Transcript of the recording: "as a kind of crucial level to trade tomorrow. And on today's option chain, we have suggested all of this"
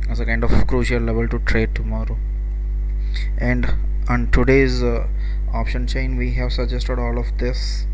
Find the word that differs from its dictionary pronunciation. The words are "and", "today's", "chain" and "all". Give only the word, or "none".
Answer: none